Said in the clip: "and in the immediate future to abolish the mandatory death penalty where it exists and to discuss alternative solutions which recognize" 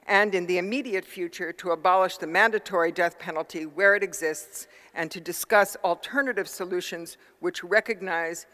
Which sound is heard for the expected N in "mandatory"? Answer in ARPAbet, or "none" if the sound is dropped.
N